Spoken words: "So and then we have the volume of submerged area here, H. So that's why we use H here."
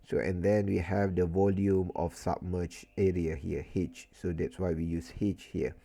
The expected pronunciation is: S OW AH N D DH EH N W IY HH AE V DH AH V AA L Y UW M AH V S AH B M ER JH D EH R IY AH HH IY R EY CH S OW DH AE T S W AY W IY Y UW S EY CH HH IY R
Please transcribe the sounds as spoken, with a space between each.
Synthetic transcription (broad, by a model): S OW AH N D EH N W IY HH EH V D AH V AA L Y UW M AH F S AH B M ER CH EH R IY AH HH IY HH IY CH S OW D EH T S W AY W IY Y UW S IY CH HH IY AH